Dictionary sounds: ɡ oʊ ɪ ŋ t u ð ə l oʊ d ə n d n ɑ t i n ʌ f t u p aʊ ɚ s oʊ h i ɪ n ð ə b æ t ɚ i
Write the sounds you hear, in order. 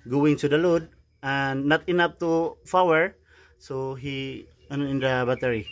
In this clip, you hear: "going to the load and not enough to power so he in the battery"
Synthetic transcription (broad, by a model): ɡ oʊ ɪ ŋ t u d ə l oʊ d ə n n ɑ t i n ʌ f t u f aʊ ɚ s oʊ h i ɪ n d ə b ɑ t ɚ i